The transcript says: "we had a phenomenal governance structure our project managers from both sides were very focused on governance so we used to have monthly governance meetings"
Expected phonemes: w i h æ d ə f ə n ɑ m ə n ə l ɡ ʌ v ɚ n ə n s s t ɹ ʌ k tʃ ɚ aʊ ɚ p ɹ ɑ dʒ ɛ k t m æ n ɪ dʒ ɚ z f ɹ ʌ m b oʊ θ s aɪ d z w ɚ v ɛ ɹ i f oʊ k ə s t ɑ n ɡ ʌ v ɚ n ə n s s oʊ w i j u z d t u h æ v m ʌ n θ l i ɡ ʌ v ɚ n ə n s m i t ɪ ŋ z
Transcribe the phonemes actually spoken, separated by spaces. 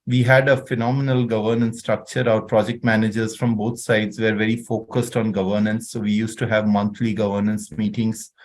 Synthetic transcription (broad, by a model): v i h æ d ə f ə n ɑ m ə n ə l ɡ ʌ v ɚ n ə n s s t ɹ ʌ k tʃ ɚ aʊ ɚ p ɹ ɑ dʒ ɛ k t m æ n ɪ dʒ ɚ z f ɹ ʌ m b oʊ t s aɪ d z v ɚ v ɛ ɹ i f oʊ k ə s t ɑ n ɡ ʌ v ɚ n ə n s s oʊ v i j u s t u h æ v m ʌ n t l i ɡ ʌ v ɚ n ə n s m i t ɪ ŋ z